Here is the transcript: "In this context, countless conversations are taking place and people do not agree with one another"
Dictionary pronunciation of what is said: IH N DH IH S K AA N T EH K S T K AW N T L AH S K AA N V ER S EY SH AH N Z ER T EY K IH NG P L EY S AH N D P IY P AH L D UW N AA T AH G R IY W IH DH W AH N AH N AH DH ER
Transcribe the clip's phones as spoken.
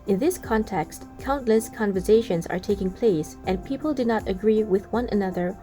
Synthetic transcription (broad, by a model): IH N DH IH S K AA N T EH K S T K AW N T L AH S K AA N V ER S EY SH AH N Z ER T EY K IH NG P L EY S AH N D P IY P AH L D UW N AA T AH G R IY W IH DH W AH N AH N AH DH ER